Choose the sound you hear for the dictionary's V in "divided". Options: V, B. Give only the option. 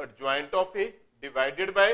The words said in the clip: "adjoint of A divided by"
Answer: V